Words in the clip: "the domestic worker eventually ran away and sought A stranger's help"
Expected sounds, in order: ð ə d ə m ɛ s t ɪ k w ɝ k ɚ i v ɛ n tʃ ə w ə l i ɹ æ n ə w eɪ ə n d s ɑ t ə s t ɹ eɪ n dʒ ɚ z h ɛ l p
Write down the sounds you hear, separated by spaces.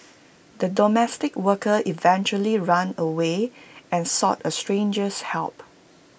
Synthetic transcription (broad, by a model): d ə d ə m ɛ s t ɪ k w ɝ k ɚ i v ɛ n tʃ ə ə l i ɹ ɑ n ə w eɪ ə n s ɑ t ə s t ɹ eɪ n dʒ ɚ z h ɛ l p